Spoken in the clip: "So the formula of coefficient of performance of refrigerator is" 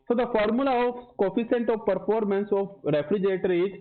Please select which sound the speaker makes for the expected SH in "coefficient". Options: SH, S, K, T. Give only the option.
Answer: S